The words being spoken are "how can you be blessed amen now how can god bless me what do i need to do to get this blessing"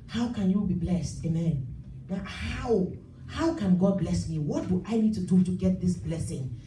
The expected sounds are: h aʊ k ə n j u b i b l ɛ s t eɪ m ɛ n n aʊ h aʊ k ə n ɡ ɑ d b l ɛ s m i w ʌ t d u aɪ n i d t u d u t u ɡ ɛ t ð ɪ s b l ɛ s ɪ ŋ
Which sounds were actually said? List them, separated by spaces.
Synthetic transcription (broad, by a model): h aʊ k ə n j u b i b l ɛ s t eɪ m ɛ n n aʊ h aʊ k ə n ɡ ɑ d b l ɛ s m i w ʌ t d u aɪ n i d t u d u t u ɡ ɛ t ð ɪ s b l ɛ s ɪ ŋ